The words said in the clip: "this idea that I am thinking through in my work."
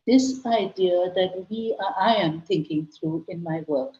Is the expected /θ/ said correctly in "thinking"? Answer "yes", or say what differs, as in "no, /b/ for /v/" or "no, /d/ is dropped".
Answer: no, /t/ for /θ/